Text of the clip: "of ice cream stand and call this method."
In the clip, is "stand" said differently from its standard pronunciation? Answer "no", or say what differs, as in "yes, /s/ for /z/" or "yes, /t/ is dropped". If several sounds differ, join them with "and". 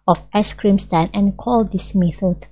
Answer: yes, /d/ is dropped